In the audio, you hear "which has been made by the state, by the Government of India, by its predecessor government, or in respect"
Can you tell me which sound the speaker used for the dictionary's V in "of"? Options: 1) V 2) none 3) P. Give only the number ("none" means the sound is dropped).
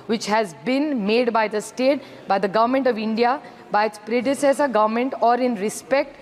1